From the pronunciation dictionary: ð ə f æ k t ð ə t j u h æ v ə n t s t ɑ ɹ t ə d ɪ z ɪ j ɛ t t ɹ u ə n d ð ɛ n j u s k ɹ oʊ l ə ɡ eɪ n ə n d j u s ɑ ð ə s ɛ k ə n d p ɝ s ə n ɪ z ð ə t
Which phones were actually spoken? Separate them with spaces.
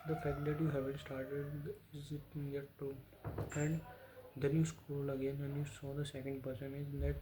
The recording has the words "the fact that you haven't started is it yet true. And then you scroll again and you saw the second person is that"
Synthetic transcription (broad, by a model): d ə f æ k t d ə t j u h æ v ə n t s t ɑ ɹ t ə d ɪ z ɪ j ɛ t t u ə n d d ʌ n j u s k oʊ l ə ɡ eɪ n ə n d j u s ɑ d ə s ɛ k ə n d p ɝ s ə n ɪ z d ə t